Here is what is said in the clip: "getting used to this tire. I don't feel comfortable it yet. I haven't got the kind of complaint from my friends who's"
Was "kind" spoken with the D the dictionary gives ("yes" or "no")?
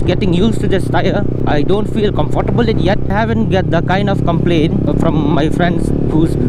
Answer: yes